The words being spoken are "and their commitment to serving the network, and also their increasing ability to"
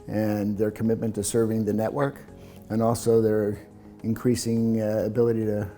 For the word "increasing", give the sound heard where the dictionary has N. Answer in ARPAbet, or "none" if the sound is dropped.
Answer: N